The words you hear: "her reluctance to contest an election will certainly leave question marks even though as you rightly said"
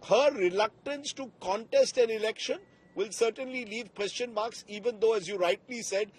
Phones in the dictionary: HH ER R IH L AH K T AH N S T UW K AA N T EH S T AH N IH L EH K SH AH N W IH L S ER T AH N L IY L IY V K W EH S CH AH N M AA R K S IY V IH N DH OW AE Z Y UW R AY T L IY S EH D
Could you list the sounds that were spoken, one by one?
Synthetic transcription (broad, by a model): HH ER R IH L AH K T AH N S T UW K AA N T EH S T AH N IH L EH K SH AH N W IH L S ER T AH N L IY L IY V K W EH S CH AH N M AA R K S IY V IH N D OW AE Z Y UW R AY T L IY S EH D